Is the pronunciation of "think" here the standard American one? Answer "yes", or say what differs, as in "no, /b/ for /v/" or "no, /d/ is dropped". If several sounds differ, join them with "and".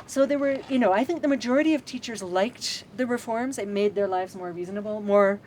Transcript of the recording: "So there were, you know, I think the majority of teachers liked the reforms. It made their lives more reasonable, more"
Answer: yes